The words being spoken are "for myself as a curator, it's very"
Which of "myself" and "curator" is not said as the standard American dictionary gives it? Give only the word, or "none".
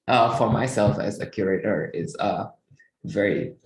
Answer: none